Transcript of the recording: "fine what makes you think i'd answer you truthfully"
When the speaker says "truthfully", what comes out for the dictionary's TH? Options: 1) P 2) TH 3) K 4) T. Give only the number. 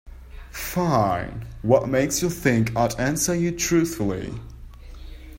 2